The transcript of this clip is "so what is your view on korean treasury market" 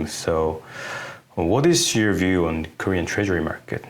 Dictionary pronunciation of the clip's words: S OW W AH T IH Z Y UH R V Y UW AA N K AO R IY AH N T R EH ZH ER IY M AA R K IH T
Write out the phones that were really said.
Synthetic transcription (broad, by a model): S OW W AH T IH Z Y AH R V Y UW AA N K AO R IY AH N T R EH ZH ER IY M AA R K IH T